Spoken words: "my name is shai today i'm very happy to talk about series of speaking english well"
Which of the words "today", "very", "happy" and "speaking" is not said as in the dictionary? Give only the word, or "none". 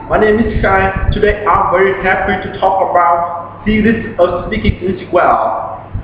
happy